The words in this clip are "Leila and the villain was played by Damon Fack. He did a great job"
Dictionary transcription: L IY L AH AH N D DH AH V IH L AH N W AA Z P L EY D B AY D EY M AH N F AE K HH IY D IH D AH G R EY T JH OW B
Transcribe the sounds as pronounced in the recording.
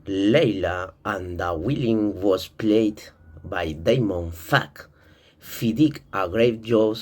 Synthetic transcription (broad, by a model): L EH L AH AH N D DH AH W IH L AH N W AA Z P L EY D B AY D EY M AH N F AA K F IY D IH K AH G R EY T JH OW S